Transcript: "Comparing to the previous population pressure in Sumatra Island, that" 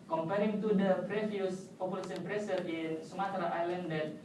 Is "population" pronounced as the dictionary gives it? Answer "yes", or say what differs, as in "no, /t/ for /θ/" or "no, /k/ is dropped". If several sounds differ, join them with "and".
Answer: no, /s/ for /ʃ/